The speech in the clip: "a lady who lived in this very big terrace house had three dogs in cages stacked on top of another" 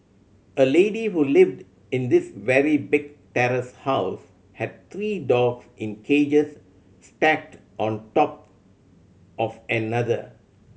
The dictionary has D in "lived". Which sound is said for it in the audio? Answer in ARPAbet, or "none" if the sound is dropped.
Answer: D